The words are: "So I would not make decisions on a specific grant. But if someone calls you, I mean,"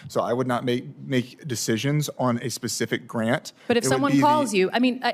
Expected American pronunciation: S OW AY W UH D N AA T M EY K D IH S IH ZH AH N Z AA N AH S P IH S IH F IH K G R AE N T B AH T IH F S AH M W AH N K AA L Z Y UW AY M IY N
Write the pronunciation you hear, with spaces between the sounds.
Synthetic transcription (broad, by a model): S OW AY W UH D N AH T M EY K D IH S IH ZH AH N Z N AH S P IH S IH F IH K G R AE N T B AH T IH F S AH M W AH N K AA L Z Y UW AY M IY N